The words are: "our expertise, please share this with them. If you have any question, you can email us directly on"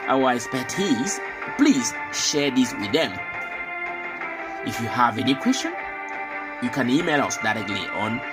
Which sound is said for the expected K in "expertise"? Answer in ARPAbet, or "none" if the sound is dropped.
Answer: none